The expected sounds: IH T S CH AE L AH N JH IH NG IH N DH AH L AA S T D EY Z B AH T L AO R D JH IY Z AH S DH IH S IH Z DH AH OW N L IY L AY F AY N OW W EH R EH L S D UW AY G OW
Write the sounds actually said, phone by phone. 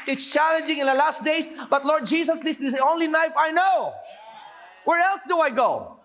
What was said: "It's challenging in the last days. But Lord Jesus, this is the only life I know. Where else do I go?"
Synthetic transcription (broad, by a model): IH T S CH AE L AH N JH IH NG IH N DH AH L AA S T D EY S B AH T L AO R D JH IY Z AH S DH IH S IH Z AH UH N L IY N AY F AY N OW W EH R EH L S D UW AY G OW